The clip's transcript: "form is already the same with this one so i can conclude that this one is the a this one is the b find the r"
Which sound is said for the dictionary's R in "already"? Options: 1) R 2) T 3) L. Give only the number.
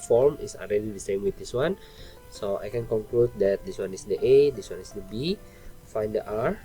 3